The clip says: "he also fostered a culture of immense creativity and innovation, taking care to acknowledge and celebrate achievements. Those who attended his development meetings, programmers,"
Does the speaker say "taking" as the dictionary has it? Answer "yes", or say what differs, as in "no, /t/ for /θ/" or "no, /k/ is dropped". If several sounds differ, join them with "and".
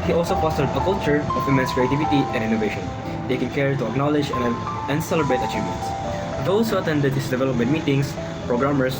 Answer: yes